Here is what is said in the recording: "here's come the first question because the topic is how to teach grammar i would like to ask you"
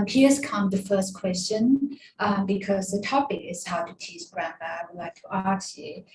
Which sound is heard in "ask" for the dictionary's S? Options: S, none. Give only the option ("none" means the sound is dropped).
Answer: none